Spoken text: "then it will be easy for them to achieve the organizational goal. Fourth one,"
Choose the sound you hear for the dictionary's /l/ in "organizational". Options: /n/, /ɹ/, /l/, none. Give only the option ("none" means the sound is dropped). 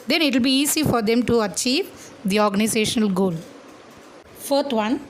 /l/